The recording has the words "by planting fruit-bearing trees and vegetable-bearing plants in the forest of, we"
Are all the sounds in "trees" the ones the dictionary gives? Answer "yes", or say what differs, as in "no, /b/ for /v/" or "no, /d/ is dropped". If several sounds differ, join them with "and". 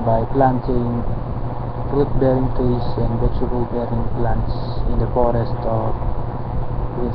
no, /ɹ/ is dropped and /s/ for /z/